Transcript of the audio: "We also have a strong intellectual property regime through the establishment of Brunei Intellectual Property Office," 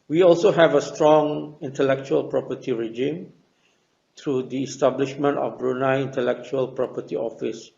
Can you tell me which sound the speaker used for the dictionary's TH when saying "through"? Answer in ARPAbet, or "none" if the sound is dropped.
T